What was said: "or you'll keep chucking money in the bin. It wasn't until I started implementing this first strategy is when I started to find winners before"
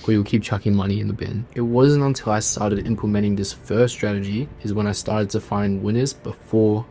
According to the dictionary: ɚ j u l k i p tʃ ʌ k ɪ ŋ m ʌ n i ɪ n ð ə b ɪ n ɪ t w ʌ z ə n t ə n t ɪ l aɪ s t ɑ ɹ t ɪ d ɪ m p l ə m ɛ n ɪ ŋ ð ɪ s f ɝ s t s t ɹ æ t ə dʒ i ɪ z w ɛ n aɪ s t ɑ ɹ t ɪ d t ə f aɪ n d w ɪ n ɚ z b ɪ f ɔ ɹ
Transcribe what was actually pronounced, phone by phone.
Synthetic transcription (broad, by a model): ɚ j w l k i p tʃ ʌ k ɪ ŋ m ʌ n i ɪ n ð ə b ɪ n ɪ t w ʌ z ə n t ə n t ɪ l aɪ s t ɑ ɹ t ɪ d ɪ m p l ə m ɛ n ɪ ŋ ð ɪ s f ɝ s s t ɹ æ t ə dʒ i ɪ z w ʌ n aɪ s t ɑ ɹ t ɪ d t ə f aɪ n d w ɪ n ɚ z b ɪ f ɔ ɹ